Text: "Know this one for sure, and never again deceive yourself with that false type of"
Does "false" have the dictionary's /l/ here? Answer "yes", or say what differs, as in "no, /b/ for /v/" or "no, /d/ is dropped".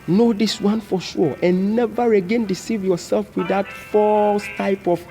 yes